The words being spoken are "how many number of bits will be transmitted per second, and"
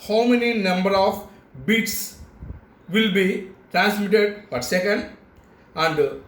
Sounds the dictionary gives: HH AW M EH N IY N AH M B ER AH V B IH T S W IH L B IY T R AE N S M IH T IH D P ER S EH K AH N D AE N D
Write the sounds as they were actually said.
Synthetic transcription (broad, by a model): HH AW M EH N IY N AH M B ER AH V B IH T S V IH L B IY T R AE N S M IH T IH D F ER S EH K AH N D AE N D